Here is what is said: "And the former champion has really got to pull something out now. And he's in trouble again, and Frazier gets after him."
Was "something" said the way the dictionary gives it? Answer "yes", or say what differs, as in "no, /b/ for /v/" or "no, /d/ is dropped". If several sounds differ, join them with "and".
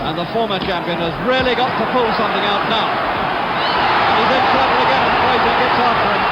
yes